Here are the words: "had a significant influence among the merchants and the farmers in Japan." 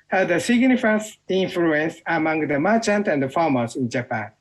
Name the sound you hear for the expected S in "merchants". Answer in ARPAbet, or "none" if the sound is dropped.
none